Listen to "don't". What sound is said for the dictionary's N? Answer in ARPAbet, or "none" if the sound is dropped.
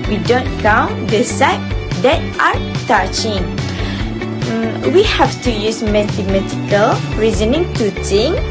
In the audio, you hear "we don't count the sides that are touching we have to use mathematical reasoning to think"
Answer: N